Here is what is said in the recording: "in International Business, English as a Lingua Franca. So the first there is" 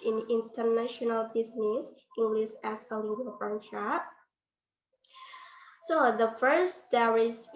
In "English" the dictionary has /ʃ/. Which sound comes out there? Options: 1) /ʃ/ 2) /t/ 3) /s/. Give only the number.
3